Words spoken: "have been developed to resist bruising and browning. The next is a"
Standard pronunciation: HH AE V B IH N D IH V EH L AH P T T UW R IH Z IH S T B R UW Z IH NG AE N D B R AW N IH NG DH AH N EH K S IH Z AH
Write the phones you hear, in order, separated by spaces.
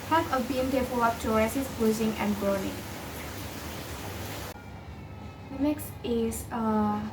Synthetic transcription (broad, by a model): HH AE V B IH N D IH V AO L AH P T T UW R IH S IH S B UW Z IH NG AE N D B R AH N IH NG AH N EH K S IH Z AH